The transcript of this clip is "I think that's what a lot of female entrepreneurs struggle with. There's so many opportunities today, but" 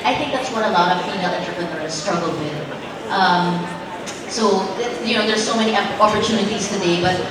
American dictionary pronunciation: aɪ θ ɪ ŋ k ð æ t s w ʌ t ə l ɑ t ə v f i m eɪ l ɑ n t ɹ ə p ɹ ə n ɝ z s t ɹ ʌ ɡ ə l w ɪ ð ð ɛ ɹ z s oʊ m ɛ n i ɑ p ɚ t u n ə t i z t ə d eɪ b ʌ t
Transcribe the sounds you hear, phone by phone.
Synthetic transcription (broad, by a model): aɪ θ ɪ ŋ k ð æ t s w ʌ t ə l ɑ t ə v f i ɪ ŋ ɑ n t ɹ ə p ɹ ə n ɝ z s t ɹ ʌ ɡ l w ɪ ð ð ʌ ɹ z s oʊ m ɛ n i ɑ p ɚ t u n ə t i z t ə d eɪ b ʌ t